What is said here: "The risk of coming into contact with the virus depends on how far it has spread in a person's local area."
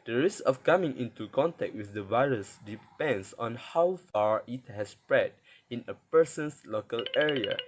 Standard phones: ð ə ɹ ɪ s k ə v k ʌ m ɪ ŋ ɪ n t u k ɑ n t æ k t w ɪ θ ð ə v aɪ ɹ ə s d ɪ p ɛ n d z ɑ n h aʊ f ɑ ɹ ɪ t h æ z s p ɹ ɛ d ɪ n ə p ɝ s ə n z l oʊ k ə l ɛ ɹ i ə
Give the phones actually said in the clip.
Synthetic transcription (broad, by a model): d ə ɹ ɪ s k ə f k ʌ m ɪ ŋ ɪ n t u k ɑ n t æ k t w ɪ θ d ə v aɪ ɹ ə s d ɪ p ɛ n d s ɑ n h aʊ f ɑ ɹ ɪ t h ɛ s p ɹ ɛ d ɪ n ə p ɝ s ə n s l oʊ k ə l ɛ ɹ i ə